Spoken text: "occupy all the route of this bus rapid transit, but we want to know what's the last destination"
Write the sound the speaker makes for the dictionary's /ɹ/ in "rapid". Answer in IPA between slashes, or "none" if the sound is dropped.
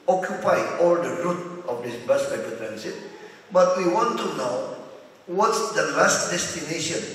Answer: /l/